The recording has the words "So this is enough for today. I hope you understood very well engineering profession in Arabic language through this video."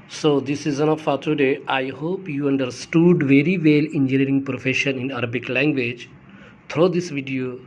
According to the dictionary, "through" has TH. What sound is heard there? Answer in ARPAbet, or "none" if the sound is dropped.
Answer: T